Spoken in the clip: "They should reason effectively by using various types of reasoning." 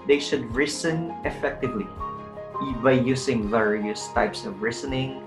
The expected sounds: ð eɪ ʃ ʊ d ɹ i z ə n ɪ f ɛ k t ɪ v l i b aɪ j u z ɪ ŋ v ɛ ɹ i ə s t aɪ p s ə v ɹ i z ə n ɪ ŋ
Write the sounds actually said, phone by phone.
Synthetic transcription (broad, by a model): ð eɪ ʃ ʊ d ɹ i s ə n ɪ f ɛ k t ɪ v l i b aɪ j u s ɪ ŋ v ɛ ɹ i ə s t aɪ p s ə v ɹ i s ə n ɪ ŋ